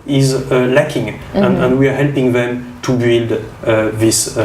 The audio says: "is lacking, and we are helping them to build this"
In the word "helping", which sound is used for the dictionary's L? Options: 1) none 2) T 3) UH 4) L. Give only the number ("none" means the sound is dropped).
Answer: 4